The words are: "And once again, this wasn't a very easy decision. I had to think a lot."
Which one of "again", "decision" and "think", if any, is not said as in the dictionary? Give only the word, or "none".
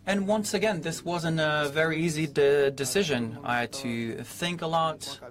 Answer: none